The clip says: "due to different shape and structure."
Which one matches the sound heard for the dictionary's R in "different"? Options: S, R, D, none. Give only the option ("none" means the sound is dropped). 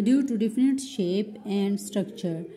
none